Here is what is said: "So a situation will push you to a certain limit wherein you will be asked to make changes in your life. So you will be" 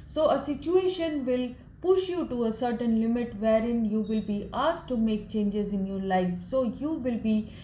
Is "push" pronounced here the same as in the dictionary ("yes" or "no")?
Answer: yes